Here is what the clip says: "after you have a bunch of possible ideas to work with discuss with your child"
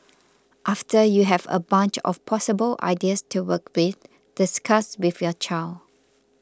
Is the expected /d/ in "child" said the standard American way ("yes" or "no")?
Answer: no